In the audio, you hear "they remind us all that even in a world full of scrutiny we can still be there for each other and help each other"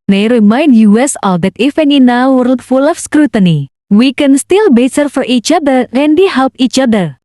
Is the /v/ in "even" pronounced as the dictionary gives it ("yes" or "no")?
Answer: no